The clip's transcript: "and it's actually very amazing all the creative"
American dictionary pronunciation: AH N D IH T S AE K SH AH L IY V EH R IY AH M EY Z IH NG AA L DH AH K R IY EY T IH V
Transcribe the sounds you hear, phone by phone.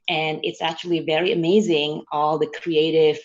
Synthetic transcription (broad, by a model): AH N IH T S AE K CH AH L IY V EH R IY AH M EY Z IH NG AA L DH AH K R IY EY T IH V